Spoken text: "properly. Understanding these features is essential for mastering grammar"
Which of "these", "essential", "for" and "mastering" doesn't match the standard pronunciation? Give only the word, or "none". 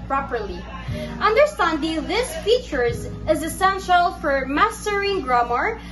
these